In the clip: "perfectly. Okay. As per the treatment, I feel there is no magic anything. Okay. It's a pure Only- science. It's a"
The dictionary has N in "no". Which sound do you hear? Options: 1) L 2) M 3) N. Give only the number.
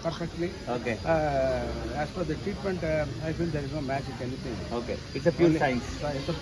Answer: 3